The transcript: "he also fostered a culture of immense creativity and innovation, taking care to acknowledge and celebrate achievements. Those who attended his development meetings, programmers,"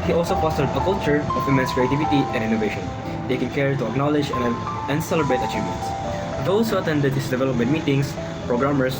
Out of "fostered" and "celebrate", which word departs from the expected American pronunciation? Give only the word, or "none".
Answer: fostered